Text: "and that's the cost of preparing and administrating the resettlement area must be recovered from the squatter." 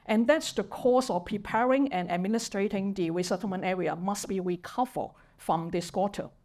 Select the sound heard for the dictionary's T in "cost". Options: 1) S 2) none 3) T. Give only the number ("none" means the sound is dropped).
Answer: 2